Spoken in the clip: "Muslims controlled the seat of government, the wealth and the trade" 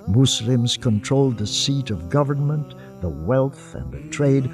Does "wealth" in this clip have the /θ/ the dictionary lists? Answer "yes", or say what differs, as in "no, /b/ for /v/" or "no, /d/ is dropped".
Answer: yes